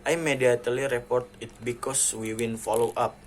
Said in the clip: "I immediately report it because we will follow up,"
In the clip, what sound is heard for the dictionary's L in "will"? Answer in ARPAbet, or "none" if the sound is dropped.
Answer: N